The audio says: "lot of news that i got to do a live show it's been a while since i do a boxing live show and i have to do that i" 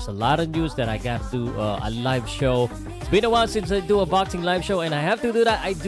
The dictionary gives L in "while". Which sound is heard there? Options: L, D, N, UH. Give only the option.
N